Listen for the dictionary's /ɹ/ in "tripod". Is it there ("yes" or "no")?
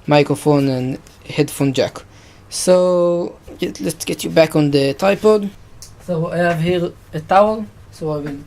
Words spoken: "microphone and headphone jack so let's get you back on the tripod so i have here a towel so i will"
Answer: no